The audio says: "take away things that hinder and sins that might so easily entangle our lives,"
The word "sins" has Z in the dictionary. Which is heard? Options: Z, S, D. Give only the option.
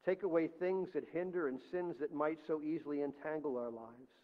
Z